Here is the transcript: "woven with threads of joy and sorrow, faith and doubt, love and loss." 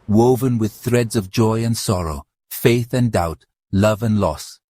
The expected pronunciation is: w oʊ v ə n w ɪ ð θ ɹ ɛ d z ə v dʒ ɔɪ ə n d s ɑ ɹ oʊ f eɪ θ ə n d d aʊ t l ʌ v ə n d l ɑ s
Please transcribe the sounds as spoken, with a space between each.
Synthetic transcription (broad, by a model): w oʊ v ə n w ɪ ð θ ɹ ɛ d z ə v dʒ ɔɪ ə n s ɑ ɹ oʊ f eɪ θ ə n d d aʊ t l ʌ v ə n l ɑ s